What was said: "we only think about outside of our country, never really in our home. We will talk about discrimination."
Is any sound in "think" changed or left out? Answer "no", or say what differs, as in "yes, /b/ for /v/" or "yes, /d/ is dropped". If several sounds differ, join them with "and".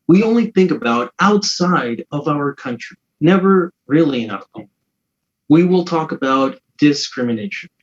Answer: no